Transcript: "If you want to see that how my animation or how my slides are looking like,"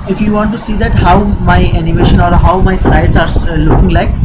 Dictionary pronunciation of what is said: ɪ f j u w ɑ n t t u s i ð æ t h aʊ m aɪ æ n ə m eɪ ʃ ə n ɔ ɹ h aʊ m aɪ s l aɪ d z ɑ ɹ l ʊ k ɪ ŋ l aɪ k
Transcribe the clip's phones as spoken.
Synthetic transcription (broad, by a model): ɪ f j u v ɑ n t t u s i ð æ t h aʊ m aɪ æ n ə m eɪ ʃ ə n ɔ ɹ h aʊ m aɪ s aɪ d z ɑ ɹ l ʊ k ɪ ŋ l aɪ k